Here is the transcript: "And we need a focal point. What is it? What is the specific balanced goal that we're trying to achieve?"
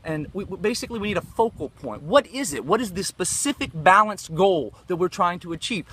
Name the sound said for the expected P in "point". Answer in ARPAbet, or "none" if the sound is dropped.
P